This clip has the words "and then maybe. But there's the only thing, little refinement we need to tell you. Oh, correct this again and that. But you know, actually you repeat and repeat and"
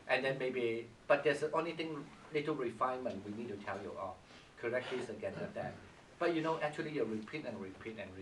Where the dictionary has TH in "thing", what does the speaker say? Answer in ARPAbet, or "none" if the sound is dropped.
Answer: T